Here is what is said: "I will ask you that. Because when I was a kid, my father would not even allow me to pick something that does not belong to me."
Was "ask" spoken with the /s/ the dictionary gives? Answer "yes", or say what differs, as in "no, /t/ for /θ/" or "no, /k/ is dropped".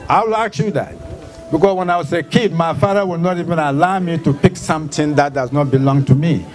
no, /s/ is dropped